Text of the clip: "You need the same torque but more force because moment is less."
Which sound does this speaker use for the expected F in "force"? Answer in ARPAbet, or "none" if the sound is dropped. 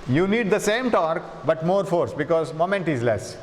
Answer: F